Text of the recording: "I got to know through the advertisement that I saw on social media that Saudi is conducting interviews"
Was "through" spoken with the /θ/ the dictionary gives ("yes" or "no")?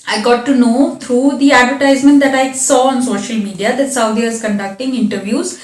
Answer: no